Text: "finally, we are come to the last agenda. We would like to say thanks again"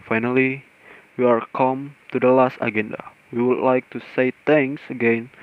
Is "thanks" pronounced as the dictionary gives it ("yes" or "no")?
no